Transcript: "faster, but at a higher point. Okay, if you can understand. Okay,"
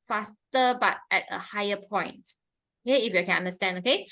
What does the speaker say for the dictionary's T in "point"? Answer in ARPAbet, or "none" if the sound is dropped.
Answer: T